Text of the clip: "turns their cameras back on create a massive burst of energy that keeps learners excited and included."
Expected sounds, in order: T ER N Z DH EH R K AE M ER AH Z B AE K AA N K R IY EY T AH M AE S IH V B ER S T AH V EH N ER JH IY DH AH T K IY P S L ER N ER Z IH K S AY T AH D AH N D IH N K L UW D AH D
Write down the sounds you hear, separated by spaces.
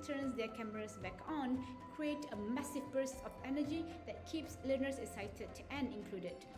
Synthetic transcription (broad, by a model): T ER N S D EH K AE M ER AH S B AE K AA N K R IY EY T AH M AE S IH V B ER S AH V EH N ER JH IY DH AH T K IY P S L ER N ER S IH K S AY T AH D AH N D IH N K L UW D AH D